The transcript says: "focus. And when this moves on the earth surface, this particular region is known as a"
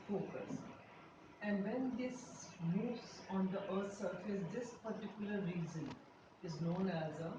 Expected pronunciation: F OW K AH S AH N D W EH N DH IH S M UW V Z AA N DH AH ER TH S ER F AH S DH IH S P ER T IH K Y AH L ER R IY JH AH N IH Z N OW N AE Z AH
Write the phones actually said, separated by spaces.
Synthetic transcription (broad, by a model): F OW K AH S AH N D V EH N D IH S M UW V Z AA N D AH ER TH S ER F AH S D IH S P ER T IH K Y AH L ER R IY Z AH N IH Z N OW N AE Z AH